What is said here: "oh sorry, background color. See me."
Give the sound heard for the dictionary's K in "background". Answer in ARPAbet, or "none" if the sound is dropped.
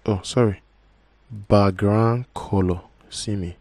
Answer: none